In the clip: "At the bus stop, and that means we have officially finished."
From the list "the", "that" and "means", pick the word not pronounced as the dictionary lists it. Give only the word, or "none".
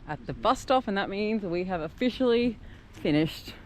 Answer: none